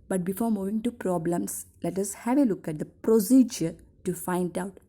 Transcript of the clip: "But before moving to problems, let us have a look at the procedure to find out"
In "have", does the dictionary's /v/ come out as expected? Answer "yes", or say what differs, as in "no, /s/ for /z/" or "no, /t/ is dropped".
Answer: yes